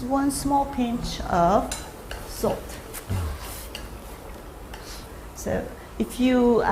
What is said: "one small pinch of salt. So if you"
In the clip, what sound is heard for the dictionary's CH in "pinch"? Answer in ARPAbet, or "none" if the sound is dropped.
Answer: CH